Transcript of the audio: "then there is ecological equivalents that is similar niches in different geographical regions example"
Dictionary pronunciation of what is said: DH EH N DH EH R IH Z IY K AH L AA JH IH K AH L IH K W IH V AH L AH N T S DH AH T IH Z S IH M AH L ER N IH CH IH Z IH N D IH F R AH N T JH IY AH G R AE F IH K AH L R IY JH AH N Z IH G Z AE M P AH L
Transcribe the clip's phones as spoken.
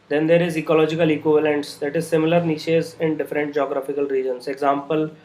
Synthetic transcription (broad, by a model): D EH N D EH R IH Z IY K AH L AA JH IH K AH L IH K W IH V AH L AH N T S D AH T IH Z S IH M AH L ER N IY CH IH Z IH N D IH F R AH N T JH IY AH G R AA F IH K AH L R IY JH AH N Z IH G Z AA M P AH L